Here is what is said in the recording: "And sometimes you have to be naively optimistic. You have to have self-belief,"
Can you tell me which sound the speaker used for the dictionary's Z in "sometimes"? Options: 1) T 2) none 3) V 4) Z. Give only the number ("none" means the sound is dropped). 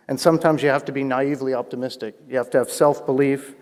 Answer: 4